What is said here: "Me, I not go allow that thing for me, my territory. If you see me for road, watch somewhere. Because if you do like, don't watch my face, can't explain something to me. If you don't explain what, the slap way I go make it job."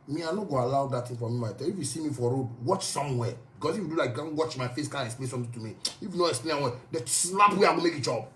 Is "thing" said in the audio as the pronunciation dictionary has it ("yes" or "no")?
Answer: no